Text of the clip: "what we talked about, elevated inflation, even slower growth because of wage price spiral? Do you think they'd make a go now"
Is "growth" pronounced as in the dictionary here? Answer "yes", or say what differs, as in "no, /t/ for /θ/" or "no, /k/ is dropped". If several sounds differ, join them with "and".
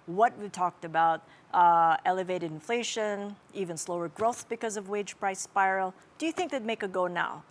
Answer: yes